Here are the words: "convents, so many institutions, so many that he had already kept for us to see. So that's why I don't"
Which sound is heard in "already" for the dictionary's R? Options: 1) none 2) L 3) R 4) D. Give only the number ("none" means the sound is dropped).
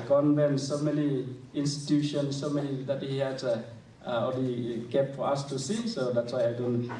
1